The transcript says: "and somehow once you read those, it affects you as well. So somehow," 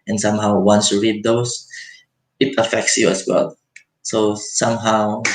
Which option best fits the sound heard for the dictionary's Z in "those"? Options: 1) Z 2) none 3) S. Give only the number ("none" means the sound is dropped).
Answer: 3